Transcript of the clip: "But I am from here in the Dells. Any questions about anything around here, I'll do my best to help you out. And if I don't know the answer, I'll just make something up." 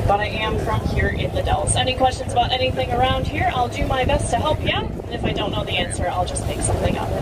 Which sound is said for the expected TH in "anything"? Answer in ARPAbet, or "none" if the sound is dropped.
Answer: TH